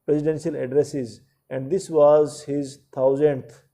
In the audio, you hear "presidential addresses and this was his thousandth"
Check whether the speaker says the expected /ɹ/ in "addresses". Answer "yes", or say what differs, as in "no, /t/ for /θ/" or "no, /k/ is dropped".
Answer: yes